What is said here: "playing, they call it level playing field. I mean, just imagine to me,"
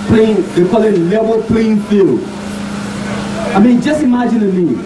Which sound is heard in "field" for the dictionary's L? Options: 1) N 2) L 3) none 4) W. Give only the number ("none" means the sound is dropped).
2